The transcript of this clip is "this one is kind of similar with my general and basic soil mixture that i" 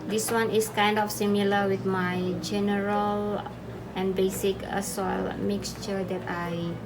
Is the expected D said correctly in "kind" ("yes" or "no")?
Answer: yes